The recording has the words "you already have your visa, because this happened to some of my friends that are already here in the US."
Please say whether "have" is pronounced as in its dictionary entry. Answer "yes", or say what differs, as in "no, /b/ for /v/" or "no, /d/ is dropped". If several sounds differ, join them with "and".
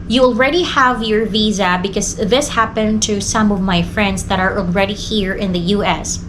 yes